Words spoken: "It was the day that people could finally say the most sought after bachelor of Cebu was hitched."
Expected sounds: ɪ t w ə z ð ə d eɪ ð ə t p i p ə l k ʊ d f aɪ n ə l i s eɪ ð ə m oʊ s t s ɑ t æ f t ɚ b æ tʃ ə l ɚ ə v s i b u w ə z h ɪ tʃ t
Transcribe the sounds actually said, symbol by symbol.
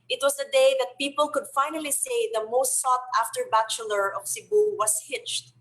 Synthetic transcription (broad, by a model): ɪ t w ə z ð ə d eɪ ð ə t p i p ə l k ʊ d f aɪ n ə l i s eɪ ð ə m oʊ s t s ɑ t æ f t ɚ b æ tʃ ə l ɚ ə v s i b u w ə s h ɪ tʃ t